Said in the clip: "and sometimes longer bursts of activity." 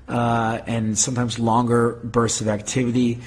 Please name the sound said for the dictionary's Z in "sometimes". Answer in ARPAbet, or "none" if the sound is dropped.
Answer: Z